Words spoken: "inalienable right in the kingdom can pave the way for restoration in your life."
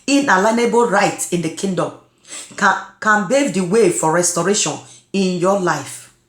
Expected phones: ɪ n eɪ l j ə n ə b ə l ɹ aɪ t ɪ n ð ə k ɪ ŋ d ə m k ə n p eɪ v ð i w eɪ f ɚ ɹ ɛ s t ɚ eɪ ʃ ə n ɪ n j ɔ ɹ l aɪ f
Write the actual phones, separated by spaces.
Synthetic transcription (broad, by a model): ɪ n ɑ l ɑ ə n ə b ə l ɹ aɪ t ɪ n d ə k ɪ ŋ d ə m k ə n b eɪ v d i w eɪ f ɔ ɹ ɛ s t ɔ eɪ ʃ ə n ɪ n j ɔ l aɪ f